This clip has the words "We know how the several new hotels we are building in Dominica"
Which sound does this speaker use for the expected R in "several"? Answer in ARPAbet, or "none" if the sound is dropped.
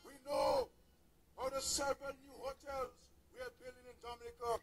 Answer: none